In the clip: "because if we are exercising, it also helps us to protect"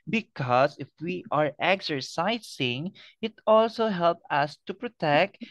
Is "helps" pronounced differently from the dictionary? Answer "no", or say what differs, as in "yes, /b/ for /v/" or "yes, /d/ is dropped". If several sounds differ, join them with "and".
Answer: yes, /s/ is dropped